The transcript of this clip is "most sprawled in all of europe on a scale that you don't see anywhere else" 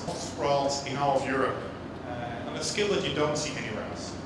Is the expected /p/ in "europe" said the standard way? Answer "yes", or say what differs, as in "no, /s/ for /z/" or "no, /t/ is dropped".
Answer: yes